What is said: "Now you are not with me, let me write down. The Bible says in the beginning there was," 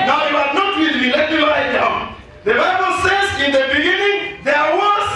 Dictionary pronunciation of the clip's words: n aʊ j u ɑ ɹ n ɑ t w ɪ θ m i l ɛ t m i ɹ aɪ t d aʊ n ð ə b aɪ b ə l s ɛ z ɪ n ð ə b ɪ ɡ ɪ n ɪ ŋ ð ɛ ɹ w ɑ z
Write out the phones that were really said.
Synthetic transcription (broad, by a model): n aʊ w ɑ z n ɑ t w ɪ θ m i l ɛ t m i l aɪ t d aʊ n ð ə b aɪ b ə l s ɛ z ɪ n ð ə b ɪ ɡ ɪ n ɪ ŋ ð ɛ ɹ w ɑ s